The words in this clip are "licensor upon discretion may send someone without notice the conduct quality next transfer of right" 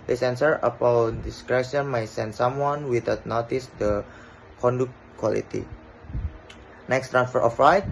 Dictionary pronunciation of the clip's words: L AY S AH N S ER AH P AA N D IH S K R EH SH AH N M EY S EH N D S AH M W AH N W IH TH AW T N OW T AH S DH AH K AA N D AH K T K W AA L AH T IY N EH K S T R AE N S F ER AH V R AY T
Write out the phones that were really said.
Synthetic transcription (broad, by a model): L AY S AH N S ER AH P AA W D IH S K R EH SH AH N M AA S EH N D S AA M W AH N W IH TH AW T N OW T AH S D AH K AA N D AH K T K W AA L AH T IY N EH K S T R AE N S F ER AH F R AY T